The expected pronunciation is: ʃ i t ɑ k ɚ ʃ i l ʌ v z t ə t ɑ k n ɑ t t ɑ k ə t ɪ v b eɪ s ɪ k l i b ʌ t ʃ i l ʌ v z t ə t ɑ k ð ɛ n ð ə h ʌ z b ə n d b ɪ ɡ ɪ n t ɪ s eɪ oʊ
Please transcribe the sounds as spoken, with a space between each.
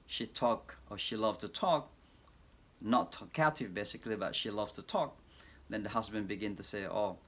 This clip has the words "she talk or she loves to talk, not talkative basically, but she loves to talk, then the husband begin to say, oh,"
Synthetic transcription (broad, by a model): ʃ i t ɑ k ɚ ʃ i l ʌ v t ə t ɑ k n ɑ t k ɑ ə t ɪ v b eɪ s ɪ k l i b ʌ t ʃ i l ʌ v t ə t ɑ k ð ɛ n ð ə h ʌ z b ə n b ɪ ɡ ɪ n t ɪ s eɪ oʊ